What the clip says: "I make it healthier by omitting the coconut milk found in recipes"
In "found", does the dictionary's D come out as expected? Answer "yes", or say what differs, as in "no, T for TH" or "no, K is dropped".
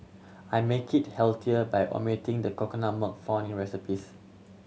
no, D is dropped